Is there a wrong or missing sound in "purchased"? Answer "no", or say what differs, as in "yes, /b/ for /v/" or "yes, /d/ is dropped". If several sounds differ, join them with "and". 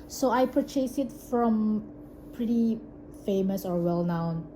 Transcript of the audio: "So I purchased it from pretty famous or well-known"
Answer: yes, /t/ is dropped